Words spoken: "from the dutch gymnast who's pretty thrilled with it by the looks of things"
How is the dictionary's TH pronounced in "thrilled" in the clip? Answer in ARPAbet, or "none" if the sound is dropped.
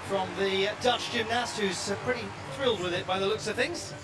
TH